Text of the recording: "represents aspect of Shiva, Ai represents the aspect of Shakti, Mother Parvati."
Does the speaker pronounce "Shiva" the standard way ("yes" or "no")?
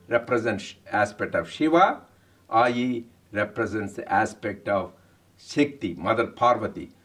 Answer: yes